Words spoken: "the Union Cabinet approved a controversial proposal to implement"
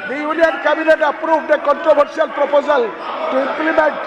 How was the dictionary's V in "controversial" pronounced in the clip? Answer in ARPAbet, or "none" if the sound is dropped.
B